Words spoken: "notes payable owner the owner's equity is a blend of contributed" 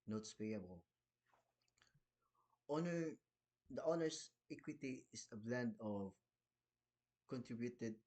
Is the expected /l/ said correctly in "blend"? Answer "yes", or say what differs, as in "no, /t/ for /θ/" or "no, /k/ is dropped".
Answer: yes